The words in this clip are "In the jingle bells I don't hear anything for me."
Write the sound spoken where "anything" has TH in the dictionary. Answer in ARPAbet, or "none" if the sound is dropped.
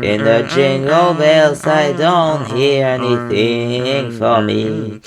TH